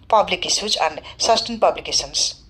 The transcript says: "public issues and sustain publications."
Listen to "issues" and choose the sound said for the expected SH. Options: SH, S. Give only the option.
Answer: S